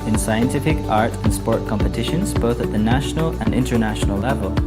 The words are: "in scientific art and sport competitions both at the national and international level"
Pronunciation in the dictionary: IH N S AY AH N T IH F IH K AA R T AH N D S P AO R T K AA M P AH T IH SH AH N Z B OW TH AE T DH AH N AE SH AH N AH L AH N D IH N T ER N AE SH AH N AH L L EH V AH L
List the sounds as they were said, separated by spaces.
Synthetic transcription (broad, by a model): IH N S AY AH N T IH F IH K AA R T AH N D S P AO R T K AA M P AH T IH SH AH N Z B OW TH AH T DH AH N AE SH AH N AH L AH N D IH N T ER N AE SH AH N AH L L EH V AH L